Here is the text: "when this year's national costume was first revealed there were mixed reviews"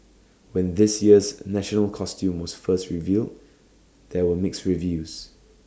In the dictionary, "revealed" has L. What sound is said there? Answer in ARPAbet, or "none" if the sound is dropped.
L